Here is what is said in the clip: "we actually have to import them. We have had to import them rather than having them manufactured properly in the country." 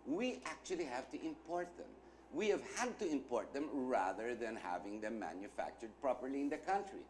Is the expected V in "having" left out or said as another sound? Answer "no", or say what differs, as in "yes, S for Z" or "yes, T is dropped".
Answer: no